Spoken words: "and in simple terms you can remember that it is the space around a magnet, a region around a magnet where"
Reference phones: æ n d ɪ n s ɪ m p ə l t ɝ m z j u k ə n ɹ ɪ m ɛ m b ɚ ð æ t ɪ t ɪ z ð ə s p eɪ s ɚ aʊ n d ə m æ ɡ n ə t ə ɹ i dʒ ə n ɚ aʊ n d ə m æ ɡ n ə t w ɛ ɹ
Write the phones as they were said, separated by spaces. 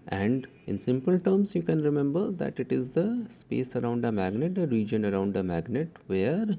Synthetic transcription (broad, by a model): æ n d ɪ n s ɪ m p ə l t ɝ m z j u k ə n ɹ ɪ m ɛ m b ɚ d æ t ɪ t ɪ z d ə s p eɪ s ɚ aʊ n d ə m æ ɡ n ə t ə ɹ i dʒ ə n ɚ aʊ n d ə m æ ɡ n ə t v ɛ ɹ